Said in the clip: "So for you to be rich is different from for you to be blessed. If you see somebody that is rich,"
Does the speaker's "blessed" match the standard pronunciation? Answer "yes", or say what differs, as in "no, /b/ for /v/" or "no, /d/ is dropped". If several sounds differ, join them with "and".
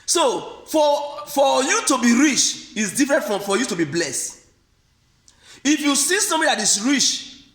yes